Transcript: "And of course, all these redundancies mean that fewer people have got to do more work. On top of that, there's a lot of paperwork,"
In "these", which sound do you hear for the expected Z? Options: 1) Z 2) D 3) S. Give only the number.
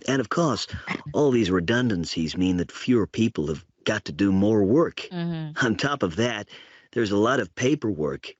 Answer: 1